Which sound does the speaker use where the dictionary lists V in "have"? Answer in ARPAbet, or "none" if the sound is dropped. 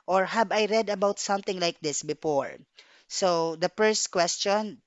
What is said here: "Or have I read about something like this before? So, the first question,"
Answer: B